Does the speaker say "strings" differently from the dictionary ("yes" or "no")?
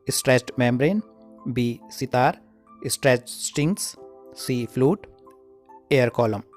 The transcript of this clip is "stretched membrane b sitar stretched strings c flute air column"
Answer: yes